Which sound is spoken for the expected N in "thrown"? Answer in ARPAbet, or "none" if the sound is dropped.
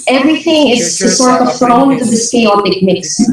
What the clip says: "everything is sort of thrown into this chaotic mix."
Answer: none